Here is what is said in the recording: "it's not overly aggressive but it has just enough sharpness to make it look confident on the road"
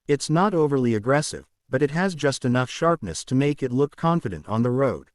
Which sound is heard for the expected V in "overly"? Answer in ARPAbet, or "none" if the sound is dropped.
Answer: V